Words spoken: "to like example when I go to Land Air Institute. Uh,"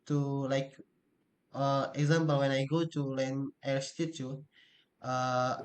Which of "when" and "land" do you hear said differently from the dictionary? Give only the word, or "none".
land